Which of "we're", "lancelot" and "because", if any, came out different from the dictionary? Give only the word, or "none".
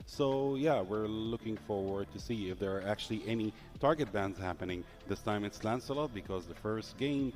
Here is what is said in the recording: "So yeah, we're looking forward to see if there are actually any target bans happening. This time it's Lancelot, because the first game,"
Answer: none